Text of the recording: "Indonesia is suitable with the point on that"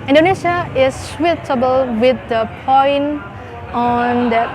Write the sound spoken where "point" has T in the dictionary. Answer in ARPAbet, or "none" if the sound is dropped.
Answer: none